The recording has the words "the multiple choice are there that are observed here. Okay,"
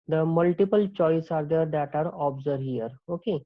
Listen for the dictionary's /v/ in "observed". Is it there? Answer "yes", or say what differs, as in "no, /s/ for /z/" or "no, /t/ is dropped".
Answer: no, /v/ is dropped